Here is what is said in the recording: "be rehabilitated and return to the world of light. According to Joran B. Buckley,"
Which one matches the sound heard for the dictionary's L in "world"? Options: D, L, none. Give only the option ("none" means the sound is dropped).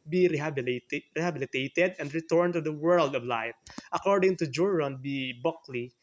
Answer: L